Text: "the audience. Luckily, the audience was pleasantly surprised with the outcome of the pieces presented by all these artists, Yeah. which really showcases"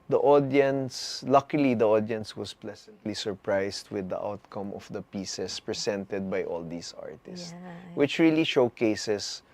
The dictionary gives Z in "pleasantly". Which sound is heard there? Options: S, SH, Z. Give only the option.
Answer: S